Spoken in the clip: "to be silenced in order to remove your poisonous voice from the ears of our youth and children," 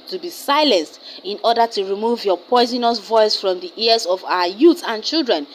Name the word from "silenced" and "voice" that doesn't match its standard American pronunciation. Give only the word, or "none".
none